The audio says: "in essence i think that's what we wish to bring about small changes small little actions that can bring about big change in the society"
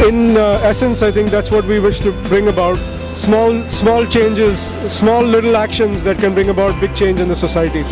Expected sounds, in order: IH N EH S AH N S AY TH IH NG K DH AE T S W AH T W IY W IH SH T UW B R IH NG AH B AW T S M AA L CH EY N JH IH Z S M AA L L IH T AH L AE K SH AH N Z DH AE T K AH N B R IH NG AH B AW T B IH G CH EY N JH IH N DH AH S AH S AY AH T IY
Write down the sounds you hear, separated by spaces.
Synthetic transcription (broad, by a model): IH N EH S AH N S AY T IH NG K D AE T S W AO T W IY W IH SH T UW B R IH NG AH B AW T S M AA L CH EY N JH IH Z S M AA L L IH T AH L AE K SH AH N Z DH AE T K AH N B R IH NG AH B AW T B IH G CH EY N JH IH N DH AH S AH S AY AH T IY